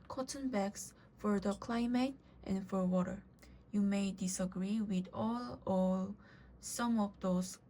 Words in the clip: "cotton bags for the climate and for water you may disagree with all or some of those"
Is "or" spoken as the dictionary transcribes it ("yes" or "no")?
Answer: no